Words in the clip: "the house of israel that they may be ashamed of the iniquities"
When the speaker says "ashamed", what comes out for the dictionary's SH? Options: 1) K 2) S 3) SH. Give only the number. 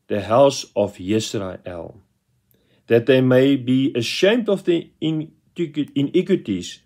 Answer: 3